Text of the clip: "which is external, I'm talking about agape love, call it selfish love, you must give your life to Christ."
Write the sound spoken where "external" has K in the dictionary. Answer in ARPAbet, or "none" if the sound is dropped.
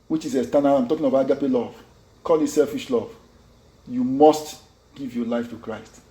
none